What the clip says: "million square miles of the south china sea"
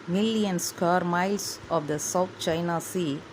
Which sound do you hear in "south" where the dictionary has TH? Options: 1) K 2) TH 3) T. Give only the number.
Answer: 3